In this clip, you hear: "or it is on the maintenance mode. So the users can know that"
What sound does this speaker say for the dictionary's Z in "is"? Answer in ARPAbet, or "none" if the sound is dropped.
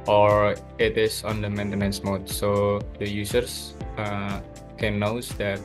S